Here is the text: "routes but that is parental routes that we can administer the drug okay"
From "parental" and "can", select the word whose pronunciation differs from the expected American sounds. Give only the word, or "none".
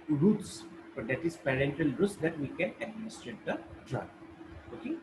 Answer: none